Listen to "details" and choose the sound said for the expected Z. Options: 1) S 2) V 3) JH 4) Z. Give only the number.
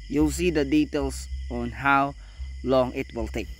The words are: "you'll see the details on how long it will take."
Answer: 1